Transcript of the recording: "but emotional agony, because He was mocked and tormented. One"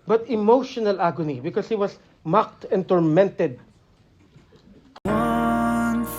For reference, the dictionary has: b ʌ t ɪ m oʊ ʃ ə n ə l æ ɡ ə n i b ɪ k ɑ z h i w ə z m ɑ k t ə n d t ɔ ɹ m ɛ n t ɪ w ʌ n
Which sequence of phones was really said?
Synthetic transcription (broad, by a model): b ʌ t ɪ m oʊ ʃ ə n ə l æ ɡ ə n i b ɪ k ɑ s h i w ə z m ɑ k t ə n t ɔ ɹ m ɛ n t ɪ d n